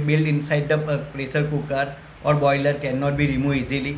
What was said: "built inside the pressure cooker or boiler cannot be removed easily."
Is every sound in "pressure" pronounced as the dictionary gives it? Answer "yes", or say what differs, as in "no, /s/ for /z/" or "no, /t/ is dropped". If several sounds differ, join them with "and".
no, /s/ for /ʃ/